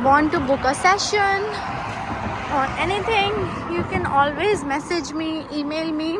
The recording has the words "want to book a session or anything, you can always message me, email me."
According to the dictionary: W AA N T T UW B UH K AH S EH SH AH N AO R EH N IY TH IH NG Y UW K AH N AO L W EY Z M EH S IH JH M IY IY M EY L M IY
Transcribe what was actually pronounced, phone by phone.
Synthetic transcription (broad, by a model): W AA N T T UW B UH K AH S EH SH AH N AO R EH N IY T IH NG Y UW K AH N AO L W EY Z M EH S IH JH M IY IY M EY L M IY